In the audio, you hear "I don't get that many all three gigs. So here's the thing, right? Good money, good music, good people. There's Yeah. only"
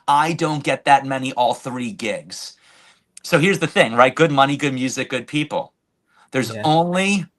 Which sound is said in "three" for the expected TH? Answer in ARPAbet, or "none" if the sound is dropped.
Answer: TH